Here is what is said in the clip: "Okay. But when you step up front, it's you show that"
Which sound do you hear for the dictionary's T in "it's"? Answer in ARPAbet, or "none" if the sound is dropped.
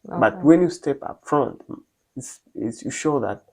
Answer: S